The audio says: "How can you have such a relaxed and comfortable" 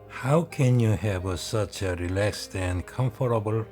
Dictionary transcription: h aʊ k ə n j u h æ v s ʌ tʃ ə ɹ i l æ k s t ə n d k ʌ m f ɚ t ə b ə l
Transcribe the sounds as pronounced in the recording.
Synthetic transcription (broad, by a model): h aʊ k ə n j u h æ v s ʌ tʃ ə ɹ i l æ k s t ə n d k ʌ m f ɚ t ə b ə l